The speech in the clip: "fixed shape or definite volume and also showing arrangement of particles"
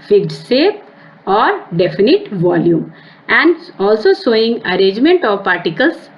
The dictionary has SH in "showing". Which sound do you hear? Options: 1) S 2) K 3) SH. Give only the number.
1